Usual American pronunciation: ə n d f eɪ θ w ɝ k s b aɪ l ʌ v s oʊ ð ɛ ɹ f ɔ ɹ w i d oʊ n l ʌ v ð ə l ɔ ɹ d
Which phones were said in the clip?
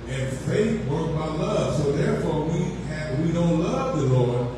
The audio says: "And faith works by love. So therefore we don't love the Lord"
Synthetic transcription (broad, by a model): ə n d f eɪ θ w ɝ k b aɪ l ʌ v s oʊ ð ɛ ɹ f ɔ ɹ w i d oʊ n l ʌ v ð ə l ɔ ɹ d